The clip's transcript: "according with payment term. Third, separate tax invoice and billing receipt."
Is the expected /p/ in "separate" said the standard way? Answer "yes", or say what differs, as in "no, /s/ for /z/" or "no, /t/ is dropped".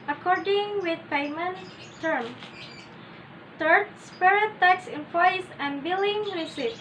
no, /p/ is dropped